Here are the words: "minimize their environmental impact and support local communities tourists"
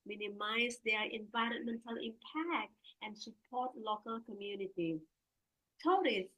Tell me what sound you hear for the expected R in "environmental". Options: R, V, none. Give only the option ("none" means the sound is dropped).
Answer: R